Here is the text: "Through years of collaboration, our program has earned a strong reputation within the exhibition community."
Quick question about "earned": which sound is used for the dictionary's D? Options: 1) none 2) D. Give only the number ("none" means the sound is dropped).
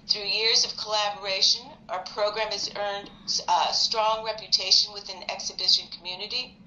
2